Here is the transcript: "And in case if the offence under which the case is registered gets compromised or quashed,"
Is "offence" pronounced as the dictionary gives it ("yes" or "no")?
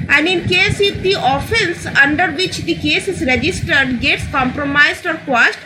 yes